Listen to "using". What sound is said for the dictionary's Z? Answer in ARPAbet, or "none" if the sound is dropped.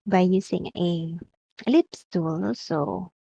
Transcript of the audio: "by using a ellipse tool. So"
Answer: S